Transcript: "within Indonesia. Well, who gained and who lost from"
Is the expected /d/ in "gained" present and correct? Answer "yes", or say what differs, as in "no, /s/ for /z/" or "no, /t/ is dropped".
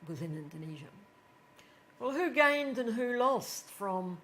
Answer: yes